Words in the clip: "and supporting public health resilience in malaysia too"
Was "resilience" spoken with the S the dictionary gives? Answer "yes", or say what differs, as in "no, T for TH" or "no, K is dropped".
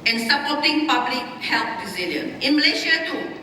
no, S is dropped